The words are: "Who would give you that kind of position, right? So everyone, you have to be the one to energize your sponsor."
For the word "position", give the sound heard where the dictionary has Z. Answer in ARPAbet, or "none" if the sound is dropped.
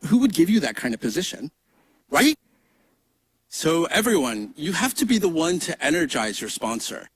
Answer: Z